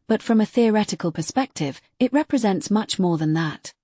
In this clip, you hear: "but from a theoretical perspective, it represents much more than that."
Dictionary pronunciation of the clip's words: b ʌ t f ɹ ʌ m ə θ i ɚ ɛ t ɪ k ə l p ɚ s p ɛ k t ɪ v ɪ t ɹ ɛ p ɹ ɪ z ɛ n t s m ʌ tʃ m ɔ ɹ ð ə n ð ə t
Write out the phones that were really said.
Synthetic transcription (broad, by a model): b ʌ t f ɹ ʌ m ə θ i ɚ ɛ t ɪ k ə l p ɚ s p ɛ k t ɪ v ɪ t ɹ ɛ p ɹ ɪ z ɛ n t s m ʌ tʃ m ɔ ɹ ð ə n ð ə t